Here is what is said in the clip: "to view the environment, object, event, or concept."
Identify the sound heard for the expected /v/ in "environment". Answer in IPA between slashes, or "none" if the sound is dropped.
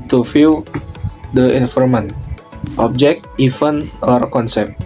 /f/